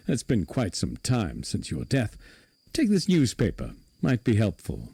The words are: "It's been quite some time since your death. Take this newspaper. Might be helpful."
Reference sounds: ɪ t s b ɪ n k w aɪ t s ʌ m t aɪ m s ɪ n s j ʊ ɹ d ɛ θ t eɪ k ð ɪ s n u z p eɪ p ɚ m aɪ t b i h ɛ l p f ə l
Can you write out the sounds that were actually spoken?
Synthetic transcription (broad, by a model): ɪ t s b ɪ n k w aɪ t s ʌ m t aɪ m s ɪ n s j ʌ ɹ d ɛ θ t eɪ k ð ɪ s n u z p eɪ p ɚ m aɪ t b i h ɛ l p f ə l